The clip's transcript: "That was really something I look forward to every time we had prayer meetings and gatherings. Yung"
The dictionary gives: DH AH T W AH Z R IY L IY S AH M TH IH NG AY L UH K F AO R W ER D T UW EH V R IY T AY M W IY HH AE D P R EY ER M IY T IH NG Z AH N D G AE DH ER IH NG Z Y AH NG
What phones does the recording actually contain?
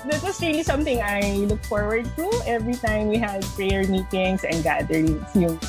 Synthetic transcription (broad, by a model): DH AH T W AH S R IY L IY S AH M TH IH NG AY L UH K F AO R W ER D T UW EH V R IY T AY M W IY HH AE D P R EY ER M IY T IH NG S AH N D G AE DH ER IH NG S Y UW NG